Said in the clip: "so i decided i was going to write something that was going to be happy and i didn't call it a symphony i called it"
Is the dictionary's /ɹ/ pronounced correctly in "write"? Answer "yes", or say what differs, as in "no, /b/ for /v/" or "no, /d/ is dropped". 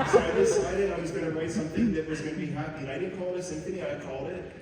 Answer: no, /w/ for /ɹ/